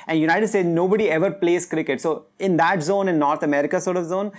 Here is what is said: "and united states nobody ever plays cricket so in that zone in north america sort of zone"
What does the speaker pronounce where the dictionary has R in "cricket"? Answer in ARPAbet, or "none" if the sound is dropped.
R